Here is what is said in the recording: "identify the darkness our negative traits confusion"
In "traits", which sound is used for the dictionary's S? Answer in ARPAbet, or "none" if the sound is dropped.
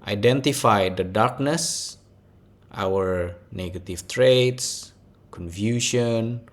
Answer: S